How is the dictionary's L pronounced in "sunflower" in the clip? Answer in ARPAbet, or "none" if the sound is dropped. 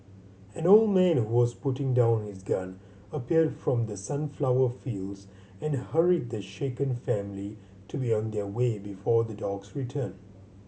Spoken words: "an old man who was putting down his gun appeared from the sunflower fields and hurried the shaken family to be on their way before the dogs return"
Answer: L